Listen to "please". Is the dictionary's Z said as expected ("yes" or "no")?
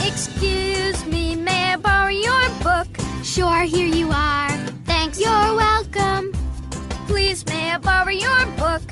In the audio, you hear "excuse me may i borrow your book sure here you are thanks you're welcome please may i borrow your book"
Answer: yes